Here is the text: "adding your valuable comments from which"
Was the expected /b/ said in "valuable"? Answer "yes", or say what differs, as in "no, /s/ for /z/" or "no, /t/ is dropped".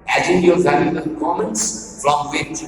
no, /b/ is dropped